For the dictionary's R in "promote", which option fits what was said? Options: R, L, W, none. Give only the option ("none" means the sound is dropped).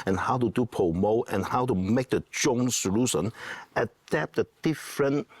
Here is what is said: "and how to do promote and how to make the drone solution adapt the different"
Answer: none